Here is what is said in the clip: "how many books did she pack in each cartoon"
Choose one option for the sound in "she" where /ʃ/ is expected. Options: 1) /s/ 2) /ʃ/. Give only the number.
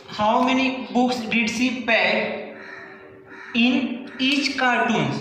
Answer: 1